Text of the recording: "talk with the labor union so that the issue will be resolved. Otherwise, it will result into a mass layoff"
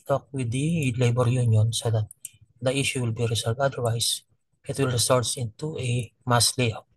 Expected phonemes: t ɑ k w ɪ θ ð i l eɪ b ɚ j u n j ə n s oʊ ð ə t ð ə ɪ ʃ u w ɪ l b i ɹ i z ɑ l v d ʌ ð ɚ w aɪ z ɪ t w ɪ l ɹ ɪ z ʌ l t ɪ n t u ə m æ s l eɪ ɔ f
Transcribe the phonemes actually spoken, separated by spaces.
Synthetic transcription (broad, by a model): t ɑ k w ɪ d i l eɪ b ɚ j u n j ə n s oʊ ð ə t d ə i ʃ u w ɪ l b i ɹ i s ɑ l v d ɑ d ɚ w aɪ s ɪ t w ɪ l ɹ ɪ s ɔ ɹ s ɪ n t u ə m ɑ s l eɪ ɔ